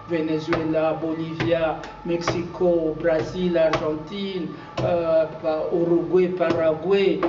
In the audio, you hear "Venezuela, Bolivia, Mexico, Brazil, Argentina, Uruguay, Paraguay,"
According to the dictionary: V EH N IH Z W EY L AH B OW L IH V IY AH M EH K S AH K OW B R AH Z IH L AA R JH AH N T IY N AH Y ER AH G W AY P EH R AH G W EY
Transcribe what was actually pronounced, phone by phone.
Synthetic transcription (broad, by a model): V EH N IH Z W EY L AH B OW L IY V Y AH M EH K S AH K OW B R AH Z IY L AA R ZH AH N T IY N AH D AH G W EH P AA R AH G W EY